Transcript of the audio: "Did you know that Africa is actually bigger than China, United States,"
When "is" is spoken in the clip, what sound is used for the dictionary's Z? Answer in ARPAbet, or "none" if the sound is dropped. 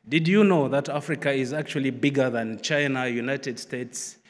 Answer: Z